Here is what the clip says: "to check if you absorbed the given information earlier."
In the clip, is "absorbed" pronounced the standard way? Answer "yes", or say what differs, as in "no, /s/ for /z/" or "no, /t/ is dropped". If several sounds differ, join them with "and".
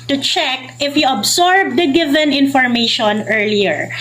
no, /s/ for /z/